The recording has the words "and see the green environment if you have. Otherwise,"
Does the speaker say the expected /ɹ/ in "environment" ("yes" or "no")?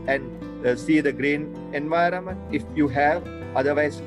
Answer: yes